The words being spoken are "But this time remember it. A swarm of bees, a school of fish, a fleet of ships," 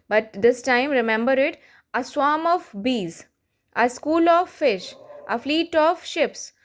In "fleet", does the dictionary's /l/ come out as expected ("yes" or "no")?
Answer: yes